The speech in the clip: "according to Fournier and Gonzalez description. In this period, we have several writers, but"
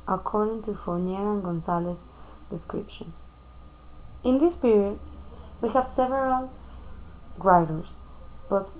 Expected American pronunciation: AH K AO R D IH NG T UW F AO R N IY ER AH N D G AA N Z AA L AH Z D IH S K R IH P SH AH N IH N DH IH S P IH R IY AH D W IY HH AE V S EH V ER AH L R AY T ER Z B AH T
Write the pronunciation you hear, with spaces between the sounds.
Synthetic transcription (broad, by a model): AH K AO R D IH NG T UW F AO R N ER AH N G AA N S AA L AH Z D IH S K R IH P SH AH N IH N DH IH S P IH R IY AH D W IY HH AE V S EH V ER AH L R AY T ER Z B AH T